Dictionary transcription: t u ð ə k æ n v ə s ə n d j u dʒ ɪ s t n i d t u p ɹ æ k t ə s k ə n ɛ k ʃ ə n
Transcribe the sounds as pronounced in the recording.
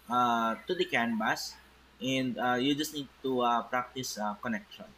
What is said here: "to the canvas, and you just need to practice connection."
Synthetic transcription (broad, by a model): t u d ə k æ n b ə s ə n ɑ j u dʒ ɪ s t n i d t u p ɹ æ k t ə s k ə n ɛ k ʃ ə n